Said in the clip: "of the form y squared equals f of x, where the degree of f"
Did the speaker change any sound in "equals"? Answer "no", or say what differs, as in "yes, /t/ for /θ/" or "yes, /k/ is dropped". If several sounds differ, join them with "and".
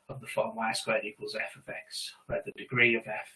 no